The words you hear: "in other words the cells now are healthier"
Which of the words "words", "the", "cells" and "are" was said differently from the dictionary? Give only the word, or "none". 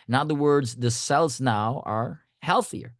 none